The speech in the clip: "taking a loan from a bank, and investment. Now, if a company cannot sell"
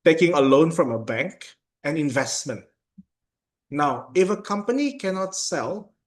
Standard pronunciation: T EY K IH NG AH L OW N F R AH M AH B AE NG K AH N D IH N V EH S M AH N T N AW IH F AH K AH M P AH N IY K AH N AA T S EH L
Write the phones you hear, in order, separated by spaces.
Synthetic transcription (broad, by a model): T EY K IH NG AH L OW N F R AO M AH B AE NG K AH N IH N V EH S M AH N T N AW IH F AH K AH M P AH N IY K AH N AA T S EH L